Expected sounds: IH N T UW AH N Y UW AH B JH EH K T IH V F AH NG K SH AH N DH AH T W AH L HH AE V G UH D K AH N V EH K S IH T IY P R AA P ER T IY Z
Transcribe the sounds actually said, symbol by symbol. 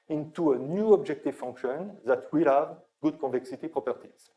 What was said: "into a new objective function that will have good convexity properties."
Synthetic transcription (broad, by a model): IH N T UW AH N Y UW AH B JH EH K T IH V F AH NG K SH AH N DH AH T W AH L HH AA V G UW D K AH V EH K S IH T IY P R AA P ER T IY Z